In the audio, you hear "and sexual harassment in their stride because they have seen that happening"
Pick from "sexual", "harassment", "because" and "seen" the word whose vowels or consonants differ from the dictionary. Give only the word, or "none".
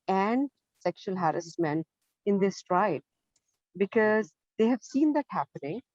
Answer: harassment